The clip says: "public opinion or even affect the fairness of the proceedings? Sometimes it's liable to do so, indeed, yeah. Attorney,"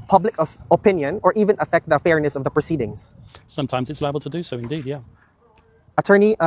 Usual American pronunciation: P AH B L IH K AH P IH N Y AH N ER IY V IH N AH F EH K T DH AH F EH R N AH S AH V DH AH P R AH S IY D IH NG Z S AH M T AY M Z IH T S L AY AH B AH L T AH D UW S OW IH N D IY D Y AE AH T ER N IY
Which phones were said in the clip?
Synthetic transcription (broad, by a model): P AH B L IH K AH P IH N Y AH N ER IY V IH N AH F EH K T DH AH F EH R N AH S AH V DH AH P R AH S IY D IH NG Z S AH M T AY M Z IH T S L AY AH B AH L T AH D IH S OW IH N D IY D Y AE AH T ER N IY